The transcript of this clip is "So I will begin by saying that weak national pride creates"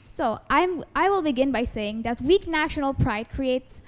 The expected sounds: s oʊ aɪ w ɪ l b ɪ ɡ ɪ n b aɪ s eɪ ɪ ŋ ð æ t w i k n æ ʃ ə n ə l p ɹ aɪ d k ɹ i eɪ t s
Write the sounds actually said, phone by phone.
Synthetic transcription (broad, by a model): s oʊ aɪ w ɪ l b ɪ ɡ ɪ n b aɪ s eɪ ɪ ŋ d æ t w i k n æ ʃ ə n ə l p ɹ aɪ d k ɹ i eɪ t s